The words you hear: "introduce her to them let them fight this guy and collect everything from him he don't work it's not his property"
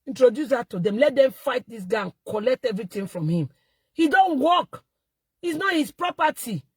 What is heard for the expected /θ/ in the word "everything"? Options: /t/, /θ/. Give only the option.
/t/